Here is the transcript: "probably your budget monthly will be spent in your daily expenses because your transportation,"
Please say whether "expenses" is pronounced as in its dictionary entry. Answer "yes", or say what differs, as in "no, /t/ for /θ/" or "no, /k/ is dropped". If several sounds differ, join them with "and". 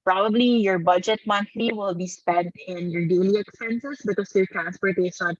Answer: no, /s/ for /z/